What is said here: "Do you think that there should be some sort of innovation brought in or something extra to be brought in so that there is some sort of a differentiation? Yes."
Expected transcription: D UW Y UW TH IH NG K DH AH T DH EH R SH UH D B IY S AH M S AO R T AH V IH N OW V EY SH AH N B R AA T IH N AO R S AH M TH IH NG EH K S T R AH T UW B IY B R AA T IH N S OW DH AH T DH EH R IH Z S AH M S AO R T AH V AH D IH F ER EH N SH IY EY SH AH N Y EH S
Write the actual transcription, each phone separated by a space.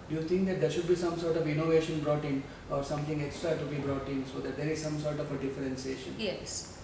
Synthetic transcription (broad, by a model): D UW Y UW T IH NG K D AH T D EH R SH UH D B IY S AH M S AO R T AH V IH N OW V EY SH AH N B R AA T IH N AO R S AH M T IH NG EH K S T R AH T UW B IY B R AA T IH N S OW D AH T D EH R IH Z S AH M S AO R T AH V AH D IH F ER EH N S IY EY SH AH N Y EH S